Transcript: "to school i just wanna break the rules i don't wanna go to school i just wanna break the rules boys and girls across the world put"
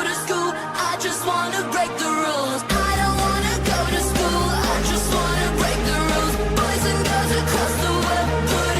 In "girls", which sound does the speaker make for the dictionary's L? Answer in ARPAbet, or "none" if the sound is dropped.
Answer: none